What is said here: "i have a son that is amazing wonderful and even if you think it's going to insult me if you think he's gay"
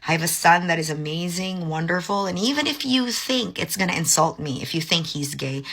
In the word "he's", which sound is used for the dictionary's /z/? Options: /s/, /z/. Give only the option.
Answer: /z/